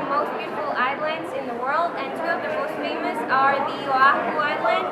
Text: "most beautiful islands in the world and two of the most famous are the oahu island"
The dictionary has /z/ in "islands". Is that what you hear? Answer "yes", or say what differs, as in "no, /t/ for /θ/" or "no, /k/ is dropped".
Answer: yes